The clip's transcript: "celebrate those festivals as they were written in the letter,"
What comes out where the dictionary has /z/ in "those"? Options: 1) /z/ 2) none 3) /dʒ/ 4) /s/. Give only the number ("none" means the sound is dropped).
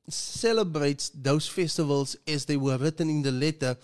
4